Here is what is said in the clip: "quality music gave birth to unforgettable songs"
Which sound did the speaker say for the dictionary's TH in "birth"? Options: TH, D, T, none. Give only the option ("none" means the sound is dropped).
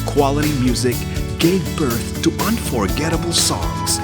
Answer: TH